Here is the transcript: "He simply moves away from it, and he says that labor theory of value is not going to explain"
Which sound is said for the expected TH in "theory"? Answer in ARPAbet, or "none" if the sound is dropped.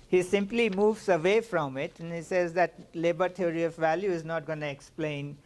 T